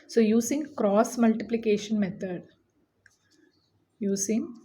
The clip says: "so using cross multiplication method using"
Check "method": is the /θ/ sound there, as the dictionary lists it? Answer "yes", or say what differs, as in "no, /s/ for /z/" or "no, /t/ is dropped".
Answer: no, /t/ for /θ/